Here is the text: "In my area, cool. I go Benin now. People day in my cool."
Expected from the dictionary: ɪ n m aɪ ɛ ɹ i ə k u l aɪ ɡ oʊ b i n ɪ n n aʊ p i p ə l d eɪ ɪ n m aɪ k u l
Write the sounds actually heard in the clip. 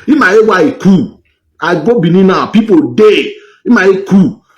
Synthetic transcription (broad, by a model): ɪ m aɪ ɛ w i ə k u aɪ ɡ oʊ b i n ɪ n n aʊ p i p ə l d eɪ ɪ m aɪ k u